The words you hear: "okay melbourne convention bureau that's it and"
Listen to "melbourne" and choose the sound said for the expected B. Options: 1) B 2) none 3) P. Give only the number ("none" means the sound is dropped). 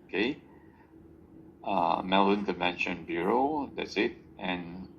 2